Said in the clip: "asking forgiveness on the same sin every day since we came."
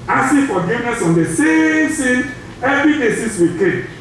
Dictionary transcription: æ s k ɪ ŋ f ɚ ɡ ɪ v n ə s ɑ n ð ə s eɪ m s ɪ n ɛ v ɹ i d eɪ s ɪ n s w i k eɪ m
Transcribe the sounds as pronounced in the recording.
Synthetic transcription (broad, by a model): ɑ s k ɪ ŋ f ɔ ɡ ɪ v n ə s ɑ n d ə s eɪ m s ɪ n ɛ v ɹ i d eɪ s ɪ s w i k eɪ